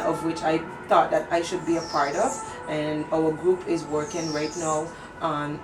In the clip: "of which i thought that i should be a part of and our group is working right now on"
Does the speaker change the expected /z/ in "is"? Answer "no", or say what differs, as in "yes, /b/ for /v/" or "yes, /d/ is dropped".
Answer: no